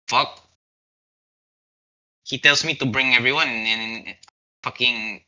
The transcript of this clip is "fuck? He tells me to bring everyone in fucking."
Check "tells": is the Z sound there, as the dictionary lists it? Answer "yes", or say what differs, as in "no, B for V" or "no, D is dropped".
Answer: no, S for Z